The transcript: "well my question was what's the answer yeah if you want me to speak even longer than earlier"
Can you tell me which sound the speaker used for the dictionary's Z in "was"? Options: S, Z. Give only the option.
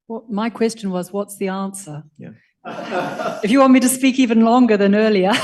Z